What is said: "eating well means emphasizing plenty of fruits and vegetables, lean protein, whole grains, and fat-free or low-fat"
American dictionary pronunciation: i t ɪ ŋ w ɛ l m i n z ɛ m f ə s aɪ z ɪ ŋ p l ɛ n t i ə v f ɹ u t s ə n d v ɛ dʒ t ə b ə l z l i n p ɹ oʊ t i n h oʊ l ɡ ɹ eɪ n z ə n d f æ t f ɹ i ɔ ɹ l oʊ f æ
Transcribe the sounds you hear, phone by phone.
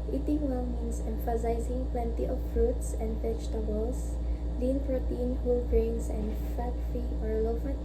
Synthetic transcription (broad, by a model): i t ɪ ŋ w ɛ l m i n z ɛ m f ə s aɪ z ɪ ŋ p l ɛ n t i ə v f ɹ u t s ə n d f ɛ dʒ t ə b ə l s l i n p ɹ oʊ t i n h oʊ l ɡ ɹ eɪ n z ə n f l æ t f i ɔ ɹ l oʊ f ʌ